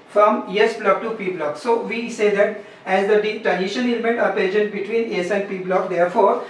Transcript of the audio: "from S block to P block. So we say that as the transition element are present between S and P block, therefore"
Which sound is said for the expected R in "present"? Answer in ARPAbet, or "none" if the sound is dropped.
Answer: none